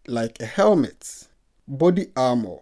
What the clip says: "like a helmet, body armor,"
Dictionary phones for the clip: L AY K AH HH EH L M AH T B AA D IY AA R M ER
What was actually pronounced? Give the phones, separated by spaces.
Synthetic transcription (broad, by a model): L AY K AH HH EH L M AH T B AA D IY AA M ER